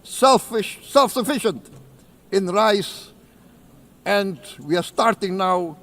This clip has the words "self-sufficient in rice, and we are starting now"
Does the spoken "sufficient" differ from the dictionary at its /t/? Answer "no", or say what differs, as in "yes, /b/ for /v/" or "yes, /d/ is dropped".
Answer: no